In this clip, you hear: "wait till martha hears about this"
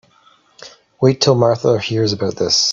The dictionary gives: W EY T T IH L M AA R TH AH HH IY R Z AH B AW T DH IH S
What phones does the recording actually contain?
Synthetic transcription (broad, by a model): W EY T T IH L M AA R TH AH HH IY R Z AH B AW T DH IH S